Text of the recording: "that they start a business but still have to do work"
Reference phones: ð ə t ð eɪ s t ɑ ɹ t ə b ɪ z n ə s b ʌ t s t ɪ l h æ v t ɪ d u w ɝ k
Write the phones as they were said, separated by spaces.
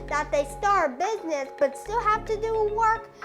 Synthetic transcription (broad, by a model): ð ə t ð eɪ s t ɑ ɹ b ɪ z n ə s b ʌ t s t ɪ l h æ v t ɪ d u w ɝ k